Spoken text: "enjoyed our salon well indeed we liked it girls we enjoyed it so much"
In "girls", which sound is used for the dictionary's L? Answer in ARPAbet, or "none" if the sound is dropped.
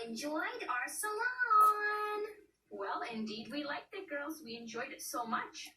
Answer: L